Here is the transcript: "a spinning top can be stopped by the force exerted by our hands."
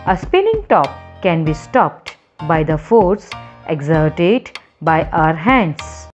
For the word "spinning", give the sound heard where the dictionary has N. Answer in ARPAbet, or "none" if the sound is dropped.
L